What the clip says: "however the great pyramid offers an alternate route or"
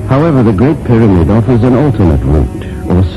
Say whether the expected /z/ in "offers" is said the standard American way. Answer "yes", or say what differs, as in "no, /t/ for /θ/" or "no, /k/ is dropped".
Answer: yes